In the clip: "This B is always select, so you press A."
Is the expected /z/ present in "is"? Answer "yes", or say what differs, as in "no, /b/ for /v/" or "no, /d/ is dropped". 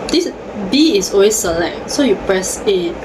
no, /s/ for /z/